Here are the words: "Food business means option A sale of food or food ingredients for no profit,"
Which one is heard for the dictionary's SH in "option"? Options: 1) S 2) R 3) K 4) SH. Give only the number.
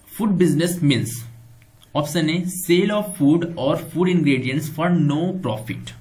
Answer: 1